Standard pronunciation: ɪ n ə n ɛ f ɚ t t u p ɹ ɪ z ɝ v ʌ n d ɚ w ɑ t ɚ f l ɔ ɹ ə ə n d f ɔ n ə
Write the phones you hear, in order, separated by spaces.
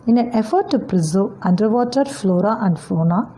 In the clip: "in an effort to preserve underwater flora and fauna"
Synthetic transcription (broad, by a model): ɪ n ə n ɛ f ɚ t t u p ɹ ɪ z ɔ ʌ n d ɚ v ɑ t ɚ f l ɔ ɹ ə ə n d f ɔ n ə